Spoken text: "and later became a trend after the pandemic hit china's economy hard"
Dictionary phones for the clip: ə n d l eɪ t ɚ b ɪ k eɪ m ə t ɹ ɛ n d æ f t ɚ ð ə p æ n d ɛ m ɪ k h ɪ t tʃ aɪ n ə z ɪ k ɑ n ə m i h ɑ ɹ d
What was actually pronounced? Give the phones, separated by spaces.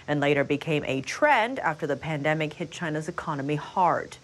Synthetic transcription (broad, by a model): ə n l eɪ t ɚ b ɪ k eɪ m ə t ɹ ɛ n d æ f t ɚ ð ə p æ n d ɛ m ɪ k h ɪ t tʃ aɪ n ə z ɪ k ɑ n ə m i h ɑ ɹ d